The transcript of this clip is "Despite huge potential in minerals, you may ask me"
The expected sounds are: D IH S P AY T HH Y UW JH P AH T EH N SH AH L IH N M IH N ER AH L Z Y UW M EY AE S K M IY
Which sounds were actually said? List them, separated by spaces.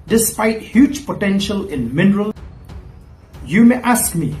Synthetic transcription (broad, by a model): D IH S P AY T HH Y UW JH P AH T EH N SH AH L IH N M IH N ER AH L Y UW M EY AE S K M IY